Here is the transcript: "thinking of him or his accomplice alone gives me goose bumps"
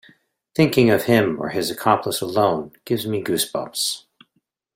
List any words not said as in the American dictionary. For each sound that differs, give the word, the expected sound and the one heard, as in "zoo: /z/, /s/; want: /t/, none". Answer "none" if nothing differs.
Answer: bumps: /m/, none